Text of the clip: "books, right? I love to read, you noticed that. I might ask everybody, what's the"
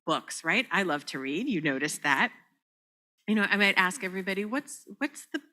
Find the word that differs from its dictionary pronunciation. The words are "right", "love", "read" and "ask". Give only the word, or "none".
none